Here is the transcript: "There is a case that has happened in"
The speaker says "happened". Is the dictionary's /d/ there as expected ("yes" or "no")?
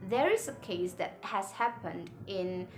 yes